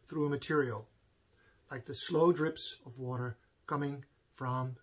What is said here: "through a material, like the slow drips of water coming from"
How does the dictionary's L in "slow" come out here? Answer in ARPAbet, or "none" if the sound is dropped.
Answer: L